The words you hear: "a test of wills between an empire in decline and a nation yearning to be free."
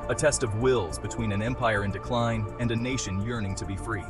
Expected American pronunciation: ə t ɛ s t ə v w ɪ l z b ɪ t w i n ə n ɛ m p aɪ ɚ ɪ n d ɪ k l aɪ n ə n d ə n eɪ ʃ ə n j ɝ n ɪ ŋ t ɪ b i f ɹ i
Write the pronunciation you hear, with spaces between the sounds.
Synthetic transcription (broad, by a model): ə t ɛ s t ə v w ɪ l z b ɪ t w i n ə n ɛ m p aɪ ɚ ɪ n d ɪ k l aɪ n ə n d ə n eɪ ʃ ə n j ɝ n ɪ ŋ t ɪ b i f ɹ i